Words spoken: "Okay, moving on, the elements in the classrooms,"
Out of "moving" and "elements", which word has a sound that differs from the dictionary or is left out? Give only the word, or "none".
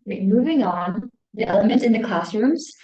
elements